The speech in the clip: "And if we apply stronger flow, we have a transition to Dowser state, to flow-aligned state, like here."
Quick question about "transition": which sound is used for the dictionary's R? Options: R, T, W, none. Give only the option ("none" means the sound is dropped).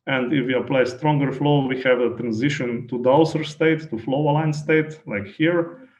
R